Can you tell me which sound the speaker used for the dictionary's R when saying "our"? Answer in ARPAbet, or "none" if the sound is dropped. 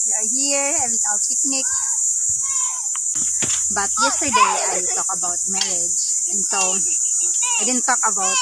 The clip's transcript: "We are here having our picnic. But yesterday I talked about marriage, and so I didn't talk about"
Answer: L